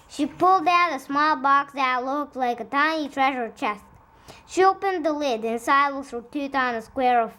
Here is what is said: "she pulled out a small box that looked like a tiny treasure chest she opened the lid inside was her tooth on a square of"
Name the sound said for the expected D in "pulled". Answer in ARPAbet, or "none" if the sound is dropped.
D